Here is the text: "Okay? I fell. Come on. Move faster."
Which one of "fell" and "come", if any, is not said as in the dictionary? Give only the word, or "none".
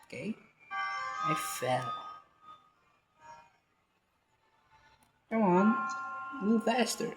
come